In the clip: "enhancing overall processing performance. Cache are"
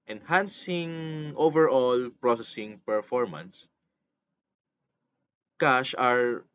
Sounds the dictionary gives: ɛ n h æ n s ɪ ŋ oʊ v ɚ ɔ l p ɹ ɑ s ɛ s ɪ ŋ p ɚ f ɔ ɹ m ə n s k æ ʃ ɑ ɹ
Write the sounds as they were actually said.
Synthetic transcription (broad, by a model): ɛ n h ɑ n s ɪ ŋ oʊ v ɚ ɔ l p ɹ ɑ s ɛ s ɪ ŋ p ɚ f ɔ ɹ m ə n s k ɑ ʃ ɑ ɹ